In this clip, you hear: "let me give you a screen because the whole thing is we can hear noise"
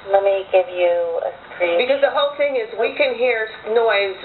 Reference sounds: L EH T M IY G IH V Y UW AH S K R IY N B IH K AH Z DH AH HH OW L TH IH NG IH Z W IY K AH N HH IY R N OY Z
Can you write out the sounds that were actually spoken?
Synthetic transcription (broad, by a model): L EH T M IY G IH V Y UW AH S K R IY B IH K AH Z DH AH HH OW L TH IH NG IH Z W IY K AH N HH IY R N OY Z